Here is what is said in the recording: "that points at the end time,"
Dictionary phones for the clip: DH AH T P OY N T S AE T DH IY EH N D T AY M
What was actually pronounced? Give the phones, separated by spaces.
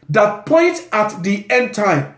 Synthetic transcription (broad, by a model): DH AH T P OY N T AA T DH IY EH N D T AY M